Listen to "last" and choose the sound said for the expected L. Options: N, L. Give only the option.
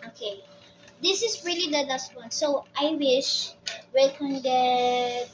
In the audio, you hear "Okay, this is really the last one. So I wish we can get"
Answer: N